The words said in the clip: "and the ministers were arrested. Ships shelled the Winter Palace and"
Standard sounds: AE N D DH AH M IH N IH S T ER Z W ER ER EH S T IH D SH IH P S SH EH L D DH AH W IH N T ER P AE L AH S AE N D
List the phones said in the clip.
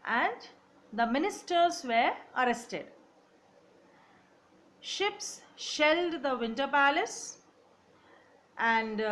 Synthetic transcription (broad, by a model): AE N D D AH M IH N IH S T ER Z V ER ER EH S T IH D SH IH P S SH EH L D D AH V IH N T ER P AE L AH S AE N D